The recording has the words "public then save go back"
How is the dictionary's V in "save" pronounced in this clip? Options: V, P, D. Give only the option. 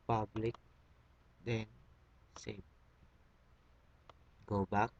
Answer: P